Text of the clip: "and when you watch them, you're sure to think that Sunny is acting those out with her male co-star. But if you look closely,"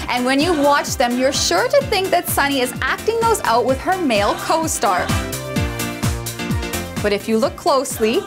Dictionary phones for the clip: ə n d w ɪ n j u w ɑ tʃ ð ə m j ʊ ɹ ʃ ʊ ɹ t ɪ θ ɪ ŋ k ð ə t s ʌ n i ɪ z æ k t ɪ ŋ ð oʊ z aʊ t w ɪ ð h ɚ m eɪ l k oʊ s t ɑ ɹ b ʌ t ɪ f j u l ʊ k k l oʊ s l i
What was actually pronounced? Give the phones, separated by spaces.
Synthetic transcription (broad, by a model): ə n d w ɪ n j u w ɑ tʃ ð ə m j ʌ ɹ ʃ ʊ ɹ t ɪ θ ɪ ŋ k ð ə t s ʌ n i ɪ z æ k t ɪ ŋ ð oʊ z aʊ t w ɪ ð ɚ m eɪ l k oʊ s t ɑ ɹ b ʌ t ɪ f j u l ʊ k k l oʊ s l i